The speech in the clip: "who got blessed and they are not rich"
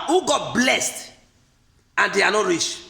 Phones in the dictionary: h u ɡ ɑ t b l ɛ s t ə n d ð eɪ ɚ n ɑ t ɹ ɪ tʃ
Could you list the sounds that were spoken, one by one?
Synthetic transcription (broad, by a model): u ɡ ɑ t b l ɛ s t ə n d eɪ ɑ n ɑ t ɹ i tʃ